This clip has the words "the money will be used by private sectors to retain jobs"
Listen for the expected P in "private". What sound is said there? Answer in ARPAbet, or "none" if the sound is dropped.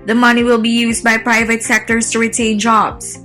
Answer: P